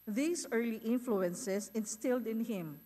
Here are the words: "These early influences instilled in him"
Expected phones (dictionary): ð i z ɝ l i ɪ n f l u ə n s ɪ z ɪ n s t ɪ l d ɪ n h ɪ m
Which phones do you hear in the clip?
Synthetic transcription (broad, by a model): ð i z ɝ l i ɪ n f l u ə n s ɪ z ɪ n s t ɪ l d ɪ n h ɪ m